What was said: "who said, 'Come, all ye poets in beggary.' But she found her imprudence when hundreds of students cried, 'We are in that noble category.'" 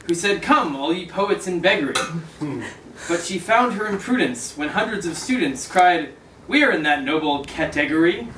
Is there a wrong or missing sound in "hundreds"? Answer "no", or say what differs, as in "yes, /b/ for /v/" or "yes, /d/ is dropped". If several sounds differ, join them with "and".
no